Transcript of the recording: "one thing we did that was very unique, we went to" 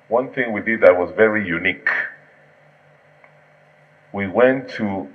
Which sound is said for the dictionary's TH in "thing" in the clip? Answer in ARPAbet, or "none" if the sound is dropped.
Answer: TH